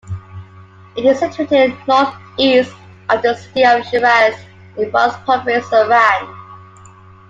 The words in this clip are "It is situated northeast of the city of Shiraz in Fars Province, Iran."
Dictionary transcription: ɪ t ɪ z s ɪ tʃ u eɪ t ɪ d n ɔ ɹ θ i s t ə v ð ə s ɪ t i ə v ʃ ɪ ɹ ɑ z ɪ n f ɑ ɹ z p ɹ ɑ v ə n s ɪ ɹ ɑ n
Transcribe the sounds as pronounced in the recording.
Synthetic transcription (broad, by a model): ɪ t ɪ z s ɪ tʃ u eɪ t ɪ d n ɔ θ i s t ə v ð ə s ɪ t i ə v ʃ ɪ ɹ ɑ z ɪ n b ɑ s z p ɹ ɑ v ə s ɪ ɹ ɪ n